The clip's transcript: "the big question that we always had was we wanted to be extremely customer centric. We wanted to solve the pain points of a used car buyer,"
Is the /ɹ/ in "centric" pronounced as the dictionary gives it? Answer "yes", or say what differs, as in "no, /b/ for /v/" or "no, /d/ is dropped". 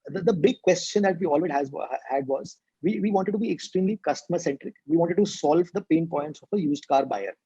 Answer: yes